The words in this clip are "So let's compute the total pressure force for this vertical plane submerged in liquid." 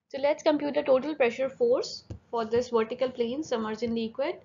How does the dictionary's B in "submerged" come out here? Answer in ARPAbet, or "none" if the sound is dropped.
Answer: none